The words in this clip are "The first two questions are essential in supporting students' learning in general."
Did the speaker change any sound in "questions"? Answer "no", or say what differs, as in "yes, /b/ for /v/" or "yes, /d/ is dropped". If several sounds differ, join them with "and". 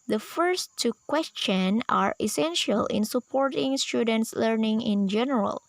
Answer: yes, /z/ is dropped